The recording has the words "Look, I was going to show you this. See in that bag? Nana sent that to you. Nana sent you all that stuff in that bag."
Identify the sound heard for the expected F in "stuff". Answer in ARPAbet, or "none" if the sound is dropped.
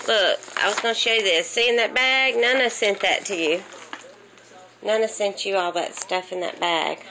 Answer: F